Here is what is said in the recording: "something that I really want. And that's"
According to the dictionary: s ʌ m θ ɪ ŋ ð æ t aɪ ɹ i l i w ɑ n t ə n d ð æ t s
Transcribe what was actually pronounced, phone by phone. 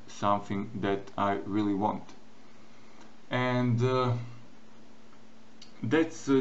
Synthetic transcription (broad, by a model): s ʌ m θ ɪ ŋ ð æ t aɪ ɹ i l i w ɑ n t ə n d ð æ t s